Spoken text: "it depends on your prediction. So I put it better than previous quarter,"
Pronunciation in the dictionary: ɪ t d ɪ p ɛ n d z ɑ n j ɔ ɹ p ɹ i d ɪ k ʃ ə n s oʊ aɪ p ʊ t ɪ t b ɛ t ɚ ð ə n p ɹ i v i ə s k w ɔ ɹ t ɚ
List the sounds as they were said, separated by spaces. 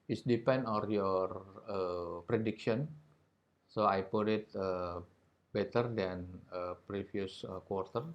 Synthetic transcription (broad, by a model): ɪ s d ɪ p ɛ n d ɑ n j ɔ ɹ p ɹ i d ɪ k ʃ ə n s oʊ aɪ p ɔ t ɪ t b ɛ t ɚ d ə n p ɹ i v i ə s k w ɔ ɹ t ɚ